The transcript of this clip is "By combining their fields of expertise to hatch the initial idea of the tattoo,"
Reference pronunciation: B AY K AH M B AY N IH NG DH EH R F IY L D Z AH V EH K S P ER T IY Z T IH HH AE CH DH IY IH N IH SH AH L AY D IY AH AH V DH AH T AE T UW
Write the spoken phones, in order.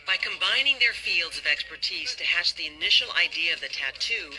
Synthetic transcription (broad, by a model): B AY K AH M B AY N IH NG DH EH R F IY L D Z AH V EH K S P ER T IY Z T IH HH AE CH DH IY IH N IH SH L AY D IY AH AH V DH AH T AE T UW